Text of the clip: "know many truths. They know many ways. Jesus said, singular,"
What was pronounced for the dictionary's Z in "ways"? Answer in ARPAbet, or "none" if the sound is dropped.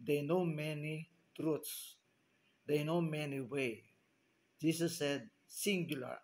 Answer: none